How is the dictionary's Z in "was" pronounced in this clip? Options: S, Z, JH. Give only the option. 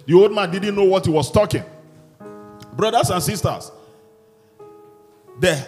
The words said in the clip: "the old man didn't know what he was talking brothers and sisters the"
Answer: S